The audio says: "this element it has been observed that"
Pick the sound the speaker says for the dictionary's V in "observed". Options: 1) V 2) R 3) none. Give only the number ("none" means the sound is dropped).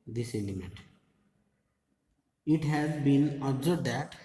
3